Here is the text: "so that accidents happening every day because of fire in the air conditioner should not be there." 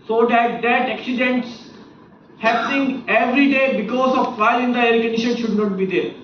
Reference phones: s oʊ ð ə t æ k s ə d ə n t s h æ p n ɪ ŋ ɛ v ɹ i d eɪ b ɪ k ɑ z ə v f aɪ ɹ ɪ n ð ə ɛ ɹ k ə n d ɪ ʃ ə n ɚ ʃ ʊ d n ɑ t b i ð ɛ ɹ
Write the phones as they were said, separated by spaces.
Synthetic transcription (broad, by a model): s oʊ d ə t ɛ k s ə d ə n t s h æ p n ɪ ŋ ɛ v ɹ i d eɪ b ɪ k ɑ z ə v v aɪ l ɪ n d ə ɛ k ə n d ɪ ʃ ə n ʃ ʊ d n ɑ t b i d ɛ ɹ